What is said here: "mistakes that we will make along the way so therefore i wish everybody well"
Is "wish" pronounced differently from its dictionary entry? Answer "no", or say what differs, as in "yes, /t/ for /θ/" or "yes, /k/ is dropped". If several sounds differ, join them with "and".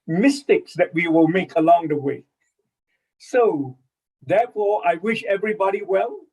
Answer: no